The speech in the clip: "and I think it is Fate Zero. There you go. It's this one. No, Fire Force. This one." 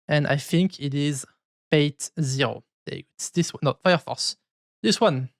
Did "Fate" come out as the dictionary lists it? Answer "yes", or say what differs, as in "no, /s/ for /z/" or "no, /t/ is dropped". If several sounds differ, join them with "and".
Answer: no, /p/ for /f/